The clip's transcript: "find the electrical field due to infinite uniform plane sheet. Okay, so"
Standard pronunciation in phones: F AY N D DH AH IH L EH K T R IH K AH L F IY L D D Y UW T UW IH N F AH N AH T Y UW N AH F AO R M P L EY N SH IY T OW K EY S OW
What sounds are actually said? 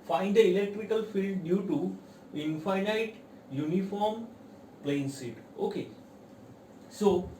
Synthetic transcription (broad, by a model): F AY N D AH IH L EH K T R IH K AH L F IY L D D Y UW T UW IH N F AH N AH T Y UW N AH F AO R M P L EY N S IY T OW K EY S OW